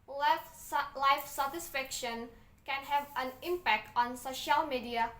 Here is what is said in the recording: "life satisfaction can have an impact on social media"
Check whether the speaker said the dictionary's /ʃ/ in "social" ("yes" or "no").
yes